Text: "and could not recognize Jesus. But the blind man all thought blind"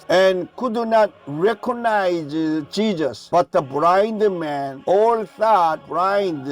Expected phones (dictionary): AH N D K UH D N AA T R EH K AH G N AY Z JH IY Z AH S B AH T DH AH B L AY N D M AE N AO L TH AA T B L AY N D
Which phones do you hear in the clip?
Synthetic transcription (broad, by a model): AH N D K UH D N AA T R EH K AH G N AY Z CH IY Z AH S B AH T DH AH B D AY N D M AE N AO L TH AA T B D AY N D